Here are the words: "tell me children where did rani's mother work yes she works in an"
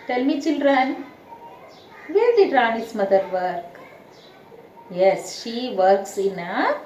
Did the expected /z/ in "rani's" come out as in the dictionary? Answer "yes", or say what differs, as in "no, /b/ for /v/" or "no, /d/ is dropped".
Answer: no, /s/ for /z/